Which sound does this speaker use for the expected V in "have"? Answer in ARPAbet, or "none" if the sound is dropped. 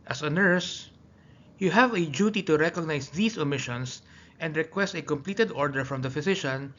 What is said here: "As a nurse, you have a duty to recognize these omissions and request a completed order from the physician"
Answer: V